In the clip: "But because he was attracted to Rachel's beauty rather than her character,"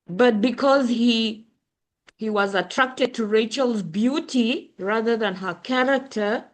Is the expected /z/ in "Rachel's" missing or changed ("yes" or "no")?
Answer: no